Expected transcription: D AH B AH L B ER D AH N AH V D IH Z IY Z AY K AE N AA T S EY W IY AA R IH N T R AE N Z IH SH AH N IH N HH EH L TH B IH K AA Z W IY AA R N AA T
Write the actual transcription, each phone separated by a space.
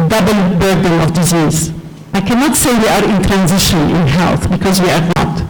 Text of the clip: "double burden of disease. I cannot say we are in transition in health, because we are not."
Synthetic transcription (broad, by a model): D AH B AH L B ER D AH N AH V D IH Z IY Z AY K AE N AA T S EY W IY AA R IH N T R AE N Z IH SH AH N IH N HH EH L TH B IH K AA Z W IY AA R N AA T